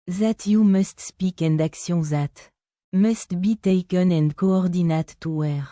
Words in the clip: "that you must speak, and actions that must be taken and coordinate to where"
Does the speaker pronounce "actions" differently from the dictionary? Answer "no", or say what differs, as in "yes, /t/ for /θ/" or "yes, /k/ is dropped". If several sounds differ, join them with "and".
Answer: yes, /n/ is dropped